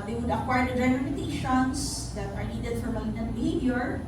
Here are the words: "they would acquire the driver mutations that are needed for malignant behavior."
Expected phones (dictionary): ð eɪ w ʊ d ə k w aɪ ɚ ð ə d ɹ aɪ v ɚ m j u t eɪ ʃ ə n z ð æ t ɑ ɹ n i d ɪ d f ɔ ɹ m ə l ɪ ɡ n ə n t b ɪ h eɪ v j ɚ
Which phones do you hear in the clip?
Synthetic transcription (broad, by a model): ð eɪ w ʊ d ə k w aɪ ɚ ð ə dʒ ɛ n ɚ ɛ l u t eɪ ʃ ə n s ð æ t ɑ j n i d ɪ d f ɔ ɹ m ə ɪ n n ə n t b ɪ h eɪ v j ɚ